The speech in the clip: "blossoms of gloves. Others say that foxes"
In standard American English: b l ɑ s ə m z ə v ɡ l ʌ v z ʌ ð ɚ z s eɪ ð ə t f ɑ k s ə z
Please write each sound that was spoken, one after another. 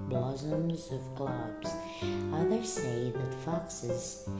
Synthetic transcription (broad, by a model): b l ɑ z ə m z ə v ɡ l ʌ b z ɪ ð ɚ s eɪ ð ə t f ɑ k s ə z